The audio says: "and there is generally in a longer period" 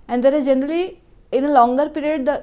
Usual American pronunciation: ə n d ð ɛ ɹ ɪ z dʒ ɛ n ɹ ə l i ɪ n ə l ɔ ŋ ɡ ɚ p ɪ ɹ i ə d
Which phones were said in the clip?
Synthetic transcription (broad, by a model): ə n d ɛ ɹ ɪ z dʒ ɛ n ɹ ə l i ɪ n ə l ɔ ŋ ɡ ɚ p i ɹ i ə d